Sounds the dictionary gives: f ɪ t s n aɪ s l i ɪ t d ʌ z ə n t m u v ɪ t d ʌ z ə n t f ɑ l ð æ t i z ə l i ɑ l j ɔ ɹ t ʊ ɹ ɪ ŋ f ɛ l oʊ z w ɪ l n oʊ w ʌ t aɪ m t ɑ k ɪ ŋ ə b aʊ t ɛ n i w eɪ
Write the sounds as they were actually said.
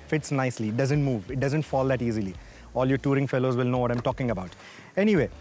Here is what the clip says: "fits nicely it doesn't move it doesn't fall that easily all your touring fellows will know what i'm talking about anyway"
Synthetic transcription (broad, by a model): f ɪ t s n aɪ s l i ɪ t d ʌ z ə n t m u v ɪ t d ʌ z ə n t f ɑ l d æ t i z ə l i ɑ l j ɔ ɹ t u ɹ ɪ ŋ f ɛ l oʊ z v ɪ l n oʊ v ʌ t aɪ m t ɑ k ɪ ŋ ə b aʊ t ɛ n i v eɪ